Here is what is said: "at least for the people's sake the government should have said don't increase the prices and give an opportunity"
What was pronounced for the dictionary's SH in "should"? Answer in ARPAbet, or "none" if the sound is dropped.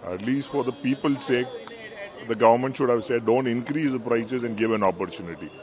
SH